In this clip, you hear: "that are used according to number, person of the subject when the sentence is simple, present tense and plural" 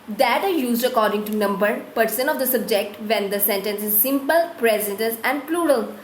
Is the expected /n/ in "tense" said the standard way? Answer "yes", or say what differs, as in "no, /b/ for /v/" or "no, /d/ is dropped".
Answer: no, /n/ is dropped